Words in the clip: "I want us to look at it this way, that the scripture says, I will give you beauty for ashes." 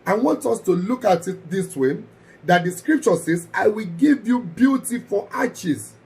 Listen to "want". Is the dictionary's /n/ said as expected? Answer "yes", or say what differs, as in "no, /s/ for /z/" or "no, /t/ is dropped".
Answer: yes